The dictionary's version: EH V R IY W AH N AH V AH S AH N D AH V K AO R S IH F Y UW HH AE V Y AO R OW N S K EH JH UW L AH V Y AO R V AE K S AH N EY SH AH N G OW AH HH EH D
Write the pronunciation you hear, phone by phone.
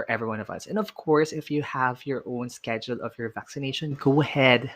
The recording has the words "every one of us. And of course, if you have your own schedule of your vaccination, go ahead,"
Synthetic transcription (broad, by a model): EH V R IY W AH N AH V AH S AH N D AH V K AO R S IH F Y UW HH AE V Y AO R OW N S K EH JH UW L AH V Y AO R V AE K S AH N EY SH AH N G OW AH HH EH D